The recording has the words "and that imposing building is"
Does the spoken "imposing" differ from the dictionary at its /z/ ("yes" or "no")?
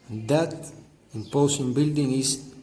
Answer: yes